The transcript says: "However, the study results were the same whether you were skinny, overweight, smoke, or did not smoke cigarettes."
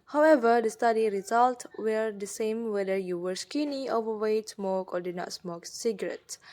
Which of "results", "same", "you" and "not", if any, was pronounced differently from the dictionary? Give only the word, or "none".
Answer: results